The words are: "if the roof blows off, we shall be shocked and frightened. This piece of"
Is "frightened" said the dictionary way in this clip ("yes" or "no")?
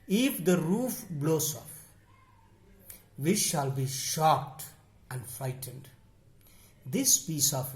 yes